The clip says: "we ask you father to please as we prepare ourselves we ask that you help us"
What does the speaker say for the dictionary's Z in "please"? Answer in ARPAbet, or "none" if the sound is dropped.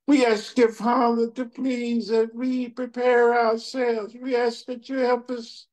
Z